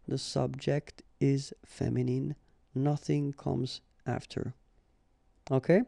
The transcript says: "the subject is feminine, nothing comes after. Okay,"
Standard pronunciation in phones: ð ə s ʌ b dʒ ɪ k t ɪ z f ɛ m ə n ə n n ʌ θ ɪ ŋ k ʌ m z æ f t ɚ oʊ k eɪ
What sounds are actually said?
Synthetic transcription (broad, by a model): ð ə s ʌ b dʒ ɪ k t ɪ z f ɛ m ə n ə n n ʌ θ ɪ ŋ k ʌ m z æ f t ɚ oʊ k eɪ